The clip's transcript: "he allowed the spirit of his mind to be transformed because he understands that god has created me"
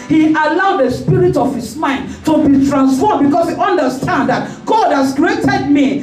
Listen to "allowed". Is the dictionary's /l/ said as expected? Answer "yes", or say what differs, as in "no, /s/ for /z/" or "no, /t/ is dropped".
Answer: yes